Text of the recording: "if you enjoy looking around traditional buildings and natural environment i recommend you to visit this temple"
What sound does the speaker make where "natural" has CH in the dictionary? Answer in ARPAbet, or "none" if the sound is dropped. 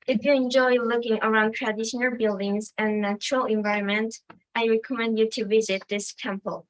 CH